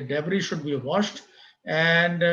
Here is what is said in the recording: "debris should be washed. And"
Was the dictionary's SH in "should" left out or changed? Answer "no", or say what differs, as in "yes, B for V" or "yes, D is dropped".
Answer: no